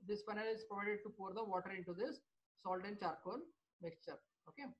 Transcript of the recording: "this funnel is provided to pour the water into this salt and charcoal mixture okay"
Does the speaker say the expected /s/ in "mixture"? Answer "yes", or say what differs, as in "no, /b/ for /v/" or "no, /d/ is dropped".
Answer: yes